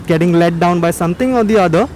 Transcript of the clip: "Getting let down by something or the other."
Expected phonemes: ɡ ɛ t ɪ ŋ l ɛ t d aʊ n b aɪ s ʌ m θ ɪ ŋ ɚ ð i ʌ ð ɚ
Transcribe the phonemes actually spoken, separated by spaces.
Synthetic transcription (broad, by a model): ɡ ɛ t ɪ ŋ l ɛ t d aʊ n b aɪ s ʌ m t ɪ ŋ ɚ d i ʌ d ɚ